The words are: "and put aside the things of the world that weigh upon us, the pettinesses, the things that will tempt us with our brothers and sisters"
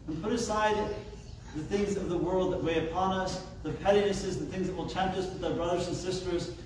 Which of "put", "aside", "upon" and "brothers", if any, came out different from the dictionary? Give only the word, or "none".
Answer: none